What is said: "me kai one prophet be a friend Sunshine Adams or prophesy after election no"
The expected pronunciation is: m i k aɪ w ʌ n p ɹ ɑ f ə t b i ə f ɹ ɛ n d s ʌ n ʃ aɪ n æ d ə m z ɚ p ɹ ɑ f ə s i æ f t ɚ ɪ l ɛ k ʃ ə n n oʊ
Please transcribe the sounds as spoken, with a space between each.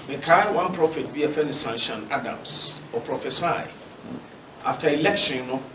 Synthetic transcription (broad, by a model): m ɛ k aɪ w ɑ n p ɹ ɑ f ə t b i ə f ɛ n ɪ s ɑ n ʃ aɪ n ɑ d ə m s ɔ p ɹ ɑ f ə s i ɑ f t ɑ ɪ l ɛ k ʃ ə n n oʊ